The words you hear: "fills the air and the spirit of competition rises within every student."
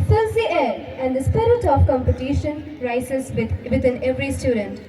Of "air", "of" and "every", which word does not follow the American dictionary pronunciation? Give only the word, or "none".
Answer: of